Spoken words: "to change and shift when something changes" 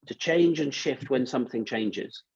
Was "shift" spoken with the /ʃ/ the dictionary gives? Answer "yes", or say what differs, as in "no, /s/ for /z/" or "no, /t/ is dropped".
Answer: yes